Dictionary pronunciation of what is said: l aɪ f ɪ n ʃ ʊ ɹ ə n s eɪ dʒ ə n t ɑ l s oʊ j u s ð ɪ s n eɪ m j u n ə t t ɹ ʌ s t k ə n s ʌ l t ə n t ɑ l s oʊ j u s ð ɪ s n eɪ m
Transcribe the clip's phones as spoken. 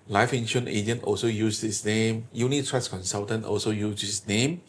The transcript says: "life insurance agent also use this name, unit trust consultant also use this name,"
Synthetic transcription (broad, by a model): l aɪ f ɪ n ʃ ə n eɪ dʒ ə n t ɑ l s oʊ j u s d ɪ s n eɪ m j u n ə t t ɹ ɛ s k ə n s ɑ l t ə n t ɑ l s oʊ j u s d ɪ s n eɪ m